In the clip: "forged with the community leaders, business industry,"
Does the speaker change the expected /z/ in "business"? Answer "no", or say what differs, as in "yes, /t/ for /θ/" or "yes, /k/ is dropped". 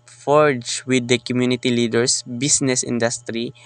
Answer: yes, /s/ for /z/